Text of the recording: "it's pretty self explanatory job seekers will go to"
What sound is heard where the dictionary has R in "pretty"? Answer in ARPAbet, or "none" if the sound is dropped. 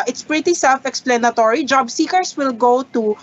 R